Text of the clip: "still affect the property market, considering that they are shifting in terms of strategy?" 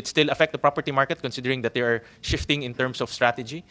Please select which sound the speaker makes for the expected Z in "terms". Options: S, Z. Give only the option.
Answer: S